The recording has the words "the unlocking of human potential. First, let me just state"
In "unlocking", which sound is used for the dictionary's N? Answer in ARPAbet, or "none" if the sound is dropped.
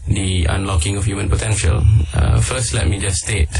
N